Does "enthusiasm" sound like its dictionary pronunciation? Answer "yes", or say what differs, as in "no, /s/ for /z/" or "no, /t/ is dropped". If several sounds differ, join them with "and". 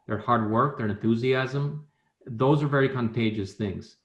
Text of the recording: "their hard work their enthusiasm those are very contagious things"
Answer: yes